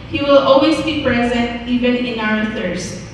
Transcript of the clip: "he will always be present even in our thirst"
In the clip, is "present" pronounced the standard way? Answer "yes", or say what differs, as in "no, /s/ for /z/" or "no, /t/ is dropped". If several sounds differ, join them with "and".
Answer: yes